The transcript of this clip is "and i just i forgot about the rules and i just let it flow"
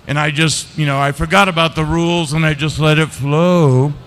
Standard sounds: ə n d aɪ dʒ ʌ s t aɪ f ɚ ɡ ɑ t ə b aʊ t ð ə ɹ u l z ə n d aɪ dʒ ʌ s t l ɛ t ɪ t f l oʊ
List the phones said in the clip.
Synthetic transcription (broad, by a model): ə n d aɪ dʒ ʌ s t aɪ f ɚ ɡ ɑ t ə b aʊ t ð ə ɹ u l z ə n aɪ dʒ ʌ s t l ɛ t ɪ t f l oʊ